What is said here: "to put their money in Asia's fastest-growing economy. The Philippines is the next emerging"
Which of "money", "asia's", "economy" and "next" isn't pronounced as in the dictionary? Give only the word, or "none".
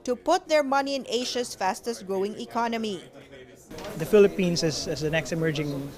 asia's